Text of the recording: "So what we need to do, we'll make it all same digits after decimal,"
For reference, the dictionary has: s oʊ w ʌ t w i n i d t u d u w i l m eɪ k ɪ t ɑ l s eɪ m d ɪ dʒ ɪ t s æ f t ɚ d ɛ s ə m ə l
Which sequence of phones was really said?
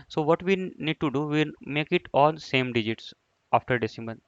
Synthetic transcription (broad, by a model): s oʊ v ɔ t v i n i d t u d u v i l m eɪ k ɪ t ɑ n s eɪ m d ɪ dʒ ɪ t s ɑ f t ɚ d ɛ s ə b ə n